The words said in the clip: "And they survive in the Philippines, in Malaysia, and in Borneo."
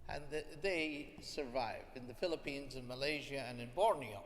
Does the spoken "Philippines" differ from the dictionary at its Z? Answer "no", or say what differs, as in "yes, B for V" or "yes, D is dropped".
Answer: no